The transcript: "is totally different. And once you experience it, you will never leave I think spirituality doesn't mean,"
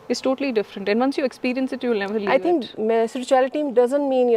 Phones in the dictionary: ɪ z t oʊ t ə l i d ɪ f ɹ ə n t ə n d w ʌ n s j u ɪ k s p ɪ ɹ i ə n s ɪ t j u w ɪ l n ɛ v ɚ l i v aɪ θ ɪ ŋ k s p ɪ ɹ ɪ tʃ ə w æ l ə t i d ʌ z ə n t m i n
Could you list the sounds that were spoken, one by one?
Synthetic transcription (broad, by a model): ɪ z t oʊ t ə l i d ɪ f ɹ ə n t ə n d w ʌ n s j u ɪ k s p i ɹ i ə n s ɪ t j u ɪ l n ɛ v ɚ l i aɪ t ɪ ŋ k s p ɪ ɹ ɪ tʃ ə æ l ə t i d ʌ z ə n t m i n